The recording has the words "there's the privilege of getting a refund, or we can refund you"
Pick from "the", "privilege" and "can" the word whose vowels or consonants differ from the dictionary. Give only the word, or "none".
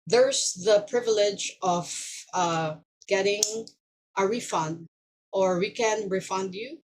none